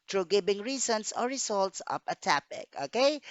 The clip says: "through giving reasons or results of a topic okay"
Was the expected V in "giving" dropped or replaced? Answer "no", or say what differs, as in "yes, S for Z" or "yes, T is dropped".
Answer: yes, B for V